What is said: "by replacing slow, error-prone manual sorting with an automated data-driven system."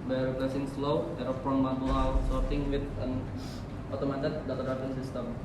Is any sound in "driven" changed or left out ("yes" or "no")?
yes